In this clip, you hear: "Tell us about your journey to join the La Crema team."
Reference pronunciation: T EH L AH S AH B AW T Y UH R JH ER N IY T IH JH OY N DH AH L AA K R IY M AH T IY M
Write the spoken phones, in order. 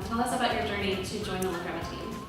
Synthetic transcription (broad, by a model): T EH L AH S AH B AW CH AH R JH ER N IY T IH JH OY N DH AH W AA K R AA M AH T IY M